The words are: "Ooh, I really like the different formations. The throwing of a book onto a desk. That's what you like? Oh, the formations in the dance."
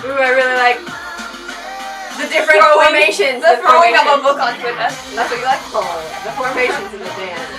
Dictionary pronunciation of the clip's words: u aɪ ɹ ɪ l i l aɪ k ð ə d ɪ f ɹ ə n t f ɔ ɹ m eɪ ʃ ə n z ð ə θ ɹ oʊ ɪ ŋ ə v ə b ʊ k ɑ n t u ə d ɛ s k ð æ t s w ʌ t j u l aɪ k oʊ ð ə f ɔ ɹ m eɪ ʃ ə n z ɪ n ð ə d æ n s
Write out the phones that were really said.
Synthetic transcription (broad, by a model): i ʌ ɹ ɪ l i l aɪ k ð ə d ɪ f ɹ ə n f ɔ ɹ m eɪ ʃ ə n z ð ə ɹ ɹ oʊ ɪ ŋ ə p ə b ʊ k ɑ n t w ə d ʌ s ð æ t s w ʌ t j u l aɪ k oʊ ð ə f ɔ ɹ m eɪ ʃ ə n z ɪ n ð ə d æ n